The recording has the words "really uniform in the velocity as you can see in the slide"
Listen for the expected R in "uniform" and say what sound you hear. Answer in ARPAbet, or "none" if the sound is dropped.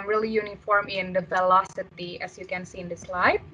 R